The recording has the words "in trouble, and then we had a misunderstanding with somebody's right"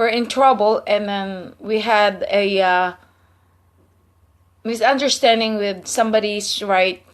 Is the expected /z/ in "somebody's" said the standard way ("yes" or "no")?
no